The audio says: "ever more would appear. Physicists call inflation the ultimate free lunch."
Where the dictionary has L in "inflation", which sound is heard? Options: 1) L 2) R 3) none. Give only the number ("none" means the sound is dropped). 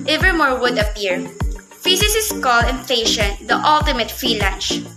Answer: 3